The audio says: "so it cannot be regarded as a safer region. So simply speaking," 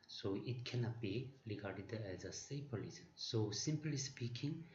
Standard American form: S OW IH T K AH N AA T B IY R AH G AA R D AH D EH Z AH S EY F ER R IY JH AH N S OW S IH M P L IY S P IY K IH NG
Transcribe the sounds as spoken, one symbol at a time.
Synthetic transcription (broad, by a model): S OW IH T K AH N AA T B IY R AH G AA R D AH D EH Z AH S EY P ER L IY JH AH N S OW S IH M P L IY S P IY K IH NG